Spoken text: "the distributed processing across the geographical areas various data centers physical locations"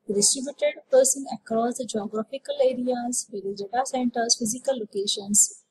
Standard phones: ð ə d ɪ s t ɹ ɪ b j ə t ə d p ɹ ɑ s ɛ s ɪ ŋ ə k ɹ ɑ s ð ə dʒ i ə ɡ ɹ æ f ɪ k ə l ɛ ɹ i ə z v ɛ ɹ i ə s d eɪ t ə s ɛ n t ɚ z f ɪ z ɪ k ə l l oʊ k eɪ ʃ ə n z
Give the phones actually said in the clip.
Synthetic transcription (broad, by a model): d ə d ɪ s t ɹ ɪ b j ə t ə d p ʌ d s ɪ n ə k ɹ ɑ s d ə dʒ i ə ɡ ɹ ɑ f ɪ k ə l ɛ ɹ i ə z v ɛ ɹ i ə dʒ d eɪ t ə s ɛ n t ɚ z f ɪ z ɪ k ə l l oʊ k eɪ ʃ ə n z